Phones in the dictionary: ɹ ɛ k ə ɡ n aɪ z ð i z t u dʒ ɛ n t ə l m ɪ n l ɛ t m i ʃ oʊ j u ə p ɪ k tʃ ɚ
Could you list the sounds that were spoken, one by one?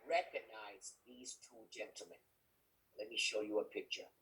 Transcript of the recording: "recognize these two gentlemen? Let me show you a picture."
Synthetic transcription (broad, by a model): ɹ ɛ k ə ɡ n aɪ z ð i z t u dʒ ɛ n t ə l m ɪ n l ɛ t m i ʃ oʊ j u ə p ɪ k tʃ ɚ